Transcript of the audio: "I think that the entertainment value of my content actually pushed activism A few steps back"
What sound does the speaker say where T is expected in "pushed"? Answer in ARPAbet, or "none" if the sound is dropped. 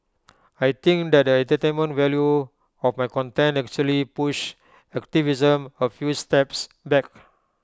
none